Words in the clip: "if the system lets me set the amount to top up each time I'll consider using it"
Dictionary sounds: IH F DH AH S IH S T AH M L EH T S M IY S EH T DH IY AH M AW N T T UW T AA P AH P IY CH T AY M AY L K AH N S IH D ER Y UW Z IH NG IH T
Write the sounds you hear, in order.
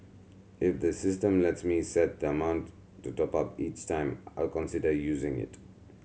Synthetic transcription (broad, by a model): IH F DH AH S IH S T AH M L EH T S M IY S EH T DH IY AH M AW N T T UW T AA P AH P IY CH T AY M AY L K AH N S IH D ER Y UW Z IH NG IH T